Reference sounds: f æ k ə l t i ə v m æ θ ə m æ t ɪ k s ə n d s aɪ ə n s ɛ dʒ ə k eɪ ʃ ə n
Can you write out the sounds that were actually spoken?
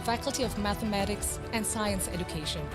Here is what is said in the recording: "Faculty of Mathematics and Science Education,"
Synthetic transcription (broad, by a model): f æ k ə l t i ə v m æ θ ə m æ t ɪ k s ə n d s aɪ ə n s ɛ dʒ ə k eɪ ʃ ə n